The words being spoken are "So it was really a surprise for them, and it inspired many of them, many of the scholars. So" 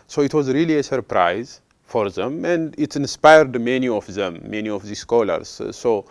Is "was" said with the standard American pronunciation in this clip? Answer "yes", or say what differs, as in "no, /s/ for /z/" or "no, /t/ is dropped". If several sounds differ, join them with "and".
yes